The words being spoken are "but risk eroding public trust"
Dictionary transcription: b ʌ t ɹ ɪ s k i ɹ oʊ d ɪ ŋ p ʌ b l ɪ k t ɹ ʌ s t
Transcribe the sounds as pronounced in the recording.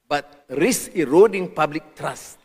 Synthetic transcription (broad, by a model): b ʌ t ɹ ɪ s i ɹ oʊ d ɪ ŋ p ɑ b l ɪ k t ɹ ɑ s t